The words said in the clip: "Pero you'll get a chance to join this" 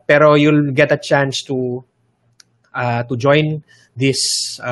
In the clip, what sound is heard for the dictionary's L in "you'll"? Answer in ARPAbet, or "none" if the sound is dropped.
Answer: L